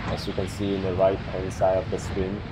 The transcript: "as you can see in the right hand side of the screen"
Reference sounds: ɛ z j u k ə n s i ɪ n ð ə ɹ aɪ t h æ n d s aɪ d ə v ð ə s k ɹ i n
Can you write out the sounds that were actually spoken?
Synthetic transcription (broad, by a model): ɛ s j u k ə n s i ɪ n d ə ɹ aɪ t h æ n s aɪ ə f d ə s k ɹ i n